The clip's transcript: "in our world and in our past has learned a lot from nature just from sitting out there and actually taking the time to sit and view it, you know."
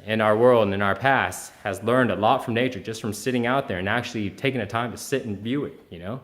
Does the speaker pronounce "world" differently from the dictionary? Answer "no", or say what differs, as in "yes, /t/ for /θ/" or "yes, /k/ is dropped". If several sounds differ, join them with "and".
no